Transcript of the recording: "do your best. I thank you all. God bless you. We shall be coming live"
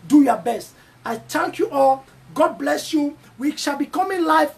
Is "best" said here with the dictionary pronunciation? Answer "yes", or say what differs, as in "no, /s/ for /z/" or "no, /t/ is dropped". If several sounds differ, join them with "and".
yes